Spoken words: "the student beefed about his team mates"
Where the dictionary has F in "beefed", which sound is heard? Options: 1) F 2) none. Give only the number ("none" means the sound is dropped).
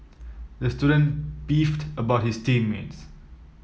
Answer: 1